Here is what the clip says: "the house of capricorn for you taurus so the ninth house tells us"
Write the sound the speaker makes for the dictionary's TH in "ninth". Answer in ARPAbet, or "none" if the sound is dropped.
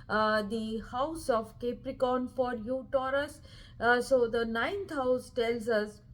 T